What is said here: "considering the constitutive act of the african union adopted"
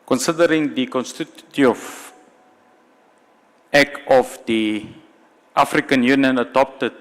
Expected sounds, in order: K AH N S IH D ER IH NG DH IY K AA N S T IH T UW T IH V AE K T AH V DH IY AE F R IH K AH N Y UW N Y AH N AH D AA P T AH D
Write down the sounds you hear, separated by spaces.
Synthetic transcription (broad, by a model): K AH N S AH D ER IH NG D IY K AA N S T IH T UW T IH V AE K AH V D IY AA F R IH K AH N Y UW N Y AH N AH D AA P T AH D